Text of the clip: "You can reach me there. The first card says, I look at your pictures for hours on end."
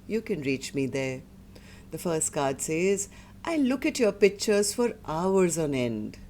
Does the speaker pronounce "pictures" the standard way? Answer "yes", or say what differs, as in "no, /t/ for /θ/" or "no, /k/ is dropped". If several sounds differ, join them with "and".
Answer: yes